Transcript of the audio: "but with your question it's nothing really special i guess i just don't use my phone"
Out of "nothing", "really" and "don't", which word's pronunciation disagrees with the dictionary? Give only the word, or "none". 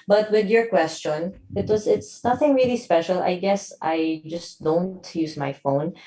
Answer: none